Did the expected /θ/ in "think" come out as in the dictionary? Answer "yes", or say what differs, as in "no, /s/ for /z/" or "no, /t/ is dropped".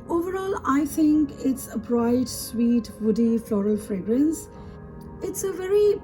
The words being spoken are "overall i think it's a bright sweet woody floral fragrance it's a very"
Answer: no, /t/ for /θ/